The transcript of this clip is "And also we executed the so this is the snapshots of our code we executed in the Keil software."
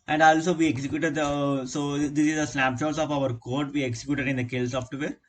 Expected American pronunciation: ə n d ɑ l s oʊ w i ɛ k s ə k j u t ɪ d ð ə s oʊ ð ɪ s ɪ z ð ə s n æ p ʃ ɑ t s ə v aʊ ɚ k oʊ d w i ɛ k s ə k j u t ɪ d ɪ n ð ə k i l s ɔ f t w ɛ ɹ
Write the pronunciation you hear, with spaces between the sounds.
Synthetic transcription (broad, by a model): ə n d ɑ l s oʊ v i ɛ k s ə k j u t ɪ d s oʊ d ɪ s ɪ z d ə s l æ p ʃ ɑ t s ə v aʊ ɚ k oʊ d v i ɛ k s ə k j u t ɪ d ɪ n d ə k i l s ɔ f t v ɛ ɹ